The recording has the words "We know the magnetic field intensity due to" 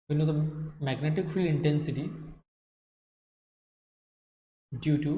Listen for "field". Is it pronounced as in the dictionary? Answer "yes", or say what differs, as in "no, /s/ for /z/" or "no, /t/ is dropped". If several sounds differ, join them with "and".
no, /d/ is dropped